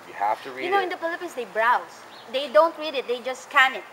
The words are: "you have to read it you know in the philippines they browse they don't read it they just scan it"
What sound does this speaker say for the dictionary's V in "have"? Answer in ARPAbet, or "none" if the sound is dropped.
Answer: F